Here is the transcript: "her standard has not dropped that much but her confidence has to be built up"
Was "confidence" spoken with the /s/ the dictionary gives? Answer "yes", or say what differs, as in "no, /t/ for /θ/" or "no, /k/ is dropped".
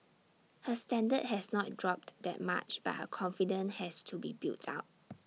no, /s/ is dropped